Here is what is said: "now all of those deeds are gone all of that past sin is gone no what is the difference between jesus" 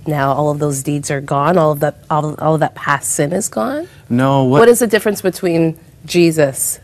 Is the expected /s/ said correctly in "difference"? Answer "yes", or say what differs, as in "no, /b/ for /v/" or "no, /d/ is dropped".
yes